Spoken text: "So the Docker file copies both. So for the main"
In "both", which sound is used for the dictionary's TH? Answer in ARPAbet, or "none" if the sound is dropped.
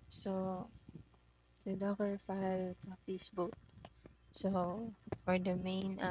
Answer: T